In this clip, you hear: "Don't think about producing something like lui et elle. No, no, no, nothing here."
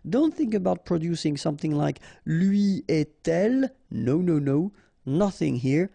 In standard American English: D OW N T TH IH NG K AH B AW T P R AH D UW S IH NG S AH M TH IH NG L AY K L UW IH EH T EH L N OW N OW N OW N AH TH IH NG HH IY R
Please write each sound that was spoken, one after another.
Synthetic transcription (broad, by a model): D OW N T TH IH NG K AH B AW T P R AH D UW S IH NG S AH M TH IH NG L AY K L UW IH EH T EH L N OW N OW N OW N AH TH IH NG HH IY R